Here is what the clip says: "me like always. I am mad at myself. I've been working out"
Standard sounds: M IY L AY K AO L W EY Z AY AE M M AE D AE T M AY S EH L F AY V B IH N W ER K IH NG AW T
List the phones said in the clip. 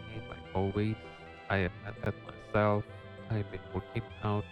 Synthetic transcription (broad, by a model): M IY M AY AO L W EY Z AY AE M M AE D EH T M AY S EH L F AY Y B IH N W ER K IH NG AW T